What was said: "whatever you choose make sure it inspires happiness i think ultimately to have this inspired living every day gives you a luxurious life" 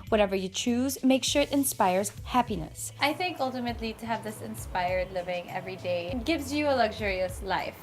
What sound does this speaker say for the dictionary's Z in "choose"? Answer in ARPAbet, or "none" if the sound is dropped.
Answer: Z